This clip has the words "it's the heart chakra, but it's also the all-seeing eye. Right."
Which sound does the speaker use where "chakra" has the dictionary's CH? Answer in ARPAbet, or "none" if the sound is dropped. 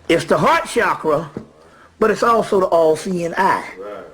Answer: SH